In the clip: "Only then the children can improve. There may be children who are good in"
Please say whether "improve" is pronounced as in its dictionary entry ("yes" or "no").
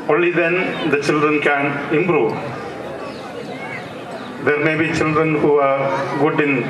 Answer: no